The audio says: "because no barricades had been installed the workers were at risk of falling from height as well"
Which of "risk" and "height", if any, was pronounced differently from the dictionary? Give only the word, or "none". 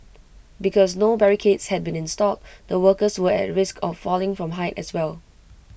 none